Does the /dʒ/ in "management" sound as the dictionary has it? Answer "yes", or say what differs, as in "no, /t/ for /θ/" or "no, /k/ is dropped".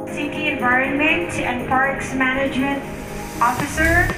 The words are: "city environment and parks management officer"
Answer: yes